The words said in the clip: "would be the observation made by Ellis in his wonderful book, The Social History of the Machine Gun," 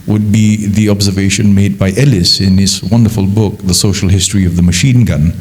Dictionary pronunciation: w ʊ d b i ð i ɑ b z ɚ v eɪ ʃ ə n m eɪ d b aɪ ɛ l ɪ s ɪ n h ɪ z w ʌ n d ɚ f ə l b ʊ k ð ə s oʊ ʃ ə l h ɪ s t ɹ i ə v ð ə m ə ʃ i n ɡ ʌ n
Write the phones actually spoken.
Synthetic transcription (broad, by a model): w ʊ d b i ð i ɑ b z ɚ v eɪ ʃ ə n m eɪ d b aɪ ɛ l ɪ s ɪ n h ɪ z w ʌ n d ɚ f ə l b ʊ k ð ə s oʊ ʃ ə l h ɪ s t ɹ i ə v ð ə m ə ʃ i n ɡ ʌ n